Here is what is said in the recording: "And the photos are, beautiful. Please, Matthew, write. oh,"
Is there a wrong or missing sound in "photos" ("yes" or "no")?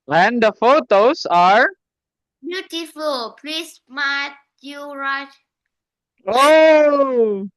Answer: yes